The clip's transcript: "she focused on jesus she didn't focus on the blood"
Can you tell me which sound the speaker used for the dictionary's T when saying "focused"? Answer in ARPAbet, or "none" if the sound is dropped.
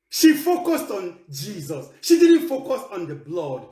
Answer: T